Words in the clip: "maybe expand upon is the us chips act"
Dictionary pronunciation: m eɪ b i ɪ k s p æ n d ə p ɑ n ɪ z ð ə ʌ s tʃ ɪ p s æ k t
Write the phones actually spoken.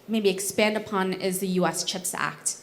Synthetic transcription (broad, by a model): m eɪ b i ɪ k s p æ n d ə p ɑ n ɪ z ð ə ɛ s tʃ ɪ p s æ k t